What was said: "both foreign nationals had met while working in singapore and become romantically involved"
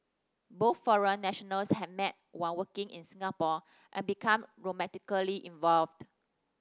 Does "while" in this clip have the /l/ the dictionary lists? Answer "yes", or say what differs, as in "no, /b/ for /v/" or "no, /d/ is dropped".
no, /n/ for /l/